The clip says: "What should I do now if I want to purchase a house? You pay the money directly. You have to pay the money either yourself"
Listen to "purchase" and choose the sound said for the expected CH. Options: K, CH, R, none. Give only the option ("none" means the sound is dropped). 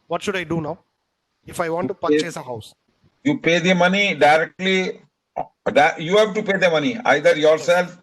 none